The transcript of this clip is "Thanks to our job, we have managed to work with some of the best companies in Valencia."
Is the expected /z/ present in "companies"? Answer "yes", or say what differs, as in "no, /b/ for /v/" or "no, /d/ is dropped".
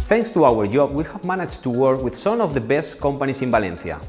no, /s/ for /z/